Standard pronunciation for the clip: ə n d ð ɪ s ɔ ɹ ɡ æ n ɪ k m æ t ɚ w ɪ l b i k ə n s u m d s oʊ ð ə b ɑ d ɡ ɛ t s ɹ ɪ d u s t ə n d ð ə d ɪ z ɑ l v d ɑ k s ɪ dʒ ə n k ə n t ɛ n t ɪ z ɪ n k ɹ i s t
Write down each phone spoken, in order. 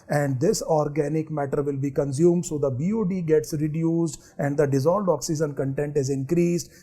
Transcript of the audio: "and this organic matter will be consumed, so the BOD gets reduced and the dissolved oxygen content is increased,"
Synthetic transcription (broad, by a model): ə n d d ɪ s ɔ ɹ ɡ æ n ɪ k m æ t ɚ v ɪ l b i k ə n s u m d s oʊ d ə b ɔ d ɡ ɛ t s ɹ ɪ d u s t ə n d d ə d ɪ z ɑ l d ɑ k s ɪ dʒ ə n k ə n t ɛ n t ɪ z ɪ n k ɹ i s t